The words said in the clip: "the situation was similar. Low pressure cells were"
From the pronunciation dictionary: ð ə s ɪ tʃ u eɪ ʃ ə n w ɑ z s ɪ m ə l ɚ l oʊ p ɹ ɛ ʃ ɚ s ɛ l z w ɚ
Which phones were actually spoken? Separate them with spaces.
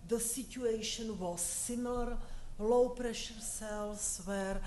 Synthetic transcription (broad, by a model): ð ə s ɪ tʃ u eɪ ʃ ə n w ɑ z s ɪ m l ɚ l oʊ p ɹ ɛ ʃ ɚ s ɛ l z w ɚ